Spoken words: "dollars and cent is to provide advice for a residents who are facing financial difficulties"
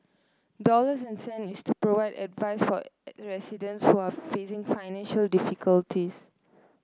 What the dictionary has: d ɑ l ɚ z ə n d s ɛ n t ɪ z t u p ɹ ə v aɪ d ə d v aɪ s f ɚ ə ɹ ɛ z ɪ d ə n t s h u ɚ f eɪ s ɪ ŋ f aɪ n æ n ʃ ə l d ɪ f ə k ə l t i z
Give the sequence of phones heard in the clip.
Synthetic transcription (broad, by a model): d ɑ l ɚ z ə n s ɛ n ɪ s t u p ɹ ə v aɪ d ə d v aɪ s f ə ɹ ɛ s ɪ d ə n t s h u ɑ f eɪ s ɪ ŋ f aɪ n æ n ʃ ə l d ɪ f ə k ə l t i s